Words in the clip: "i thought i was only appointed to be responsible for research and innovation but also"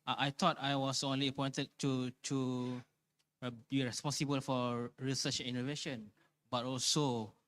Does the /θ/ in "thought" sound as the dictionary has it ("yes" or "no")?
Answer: no